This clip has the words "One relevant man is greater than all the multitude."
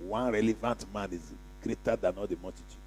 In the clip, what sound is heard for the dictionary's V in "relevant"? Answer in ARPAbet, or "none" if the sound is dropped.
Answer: V